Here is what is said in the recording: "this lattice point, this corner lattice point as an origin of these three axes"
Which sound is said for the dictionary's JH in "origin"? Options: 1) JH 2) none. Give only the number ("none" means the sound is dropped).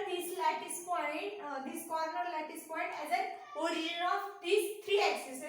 2